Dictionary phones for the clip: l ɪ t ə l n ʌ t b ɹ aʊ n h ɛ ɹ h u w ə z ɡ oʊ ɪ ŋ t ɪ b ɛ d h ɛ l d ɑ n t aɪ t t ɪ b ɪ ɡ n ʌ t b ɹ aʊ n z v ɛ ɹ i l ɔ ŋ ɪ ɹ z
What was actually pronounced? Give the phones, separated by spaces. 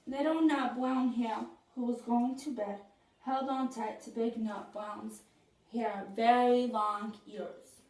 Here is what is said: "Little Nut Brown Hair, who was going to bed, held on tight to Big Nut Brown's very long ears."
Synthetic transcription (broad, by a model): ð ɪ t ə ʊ n ʌ t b l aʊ n h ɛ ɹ h u w ə z ɡ oʊ ɪ ŋ t ɪ b ɛ d h ɛ l d ɑ n t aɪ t t ɪ b ɪ ɡ n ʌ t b aʊ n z v ɛ ɹ i l ɔ ŋ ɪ ɹ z